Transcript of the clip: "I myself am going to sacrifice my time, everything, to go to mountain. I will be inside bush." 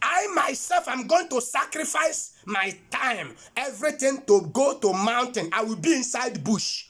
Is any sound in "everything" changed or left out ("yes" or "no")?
yes